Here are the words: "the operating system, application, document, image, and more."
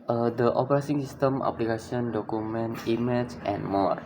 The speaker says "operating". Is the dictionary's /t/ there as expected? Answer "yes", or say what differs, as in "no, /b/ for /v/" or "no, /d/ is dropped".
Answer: no, /s/ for /t/